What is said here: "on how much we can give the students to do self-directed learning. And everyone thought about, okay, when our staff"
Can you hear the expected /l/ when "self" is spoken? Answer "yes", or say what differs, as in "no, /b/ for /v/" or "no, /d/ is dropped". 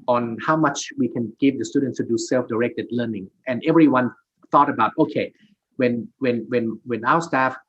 yes